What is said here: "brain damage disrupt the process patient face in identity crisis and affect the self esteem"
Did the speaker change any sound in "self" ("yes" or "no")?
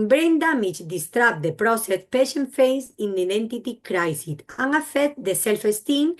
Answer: no